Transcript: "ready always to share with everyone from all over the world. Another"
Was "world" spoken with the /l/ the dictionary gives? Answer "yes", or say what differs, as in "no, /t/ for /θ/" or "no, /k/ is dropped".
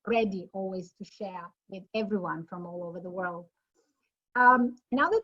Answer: yes